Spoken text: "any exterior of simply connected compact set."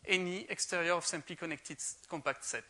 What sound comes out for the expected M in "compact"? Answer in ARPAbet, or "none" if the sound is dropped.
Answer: M